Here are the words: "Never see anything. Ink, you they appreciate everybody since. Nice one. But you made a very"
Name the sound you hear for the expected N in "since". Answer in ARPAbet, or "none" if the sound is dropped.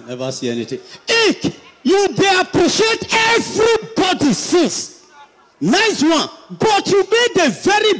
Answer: none